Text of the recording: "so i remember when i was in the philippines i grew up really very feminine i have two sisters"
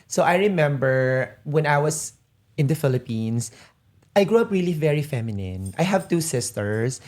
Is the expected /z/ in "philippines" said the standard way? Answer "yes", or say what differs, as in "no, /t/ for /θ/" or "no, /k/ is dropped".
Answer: no, /s/ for /z/